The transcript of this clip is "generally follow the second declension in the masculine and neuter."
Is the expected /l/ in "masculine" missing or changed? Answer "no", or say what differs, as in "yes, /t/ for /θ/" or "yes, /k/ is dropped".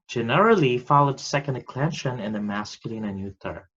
no